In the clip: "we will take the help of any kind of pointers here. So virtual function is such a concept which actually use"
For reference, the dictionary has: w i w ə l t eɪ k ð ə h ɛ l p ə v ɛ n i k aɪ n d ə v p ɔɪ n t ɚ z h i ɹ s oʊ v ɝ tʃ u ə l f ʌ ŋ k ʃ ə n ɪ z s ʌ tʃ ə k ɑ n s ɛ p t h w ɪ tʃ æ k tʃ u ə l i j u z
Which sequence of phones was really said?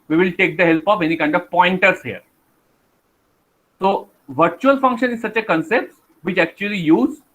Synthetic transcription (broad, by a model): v i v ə l t eɪ k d ə h ɛ l p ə f ɛ n i k aɪ n d ə v p ɔɪ n t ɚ s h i ɹ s oʊ v ɝ tʃ u ə l f ʌ ŋ k ʃ ə n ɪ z s ʌ tʃ ə k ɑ n s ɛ p t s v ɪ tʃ æ k tʃ u ə l i j u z